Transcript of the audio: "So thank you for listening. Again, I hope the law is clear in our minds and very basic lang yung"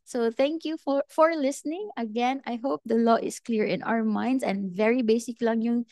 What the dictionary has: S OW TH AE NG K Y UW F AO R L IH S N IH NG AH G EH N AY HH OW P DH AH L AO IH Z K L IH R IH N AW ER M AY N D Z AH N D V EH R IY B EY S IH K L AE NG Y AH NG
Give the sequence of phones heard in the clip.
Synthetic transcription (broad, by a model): S OW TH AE NG K Y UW F AO R L IH S N IH NG AH G EH N AY HH OW P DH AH L AO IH S K L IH R IH N AW ER M AY N D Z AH N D V EH R IY B EY S IH K L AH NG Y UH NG